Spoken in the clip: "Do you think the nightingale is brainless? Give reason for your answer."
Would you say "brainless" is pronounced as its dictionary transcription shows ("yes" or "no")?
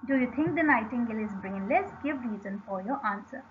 yes